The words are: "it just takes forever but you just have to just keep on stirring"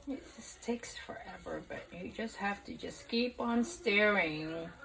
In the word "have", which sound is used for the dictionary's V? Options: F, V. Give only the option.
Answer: F